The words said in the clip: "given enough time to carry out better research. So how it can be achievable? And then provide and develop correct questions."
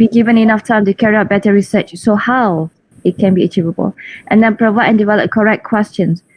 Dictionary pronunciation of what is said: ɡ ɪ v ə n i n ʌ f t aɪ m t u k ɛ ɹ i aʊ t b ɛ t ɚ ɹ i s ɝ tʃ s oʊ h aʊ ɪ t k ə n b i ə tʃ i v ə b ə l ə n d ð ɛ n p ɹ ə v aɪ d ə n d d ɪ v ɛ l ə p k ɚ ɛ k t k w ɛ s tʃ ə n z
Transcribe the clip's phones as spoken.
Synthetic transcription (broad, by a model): ɡ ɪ v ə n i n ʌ f t aɪ m t u k ɛ ɹ i aʊ t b ɛ t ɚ ɹ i s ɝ tʃ s oʊ h aʊ ɪ t k ə n b i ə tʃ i v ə b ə l ə n d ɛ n p ɹ ə v aɪ d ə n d d ɪ v ɛ l ə p k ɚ ɛ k k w ɛ s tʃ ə n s